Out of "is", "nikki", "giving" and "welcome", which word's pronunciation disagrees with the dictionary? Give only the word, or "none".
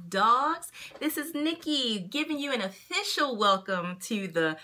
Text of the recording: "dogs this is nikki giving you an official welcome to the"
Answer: none